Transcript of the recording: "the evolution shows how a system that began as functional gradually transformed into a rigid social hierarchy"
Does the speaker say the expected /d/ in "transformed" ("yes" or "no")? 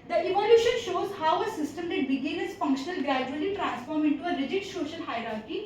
no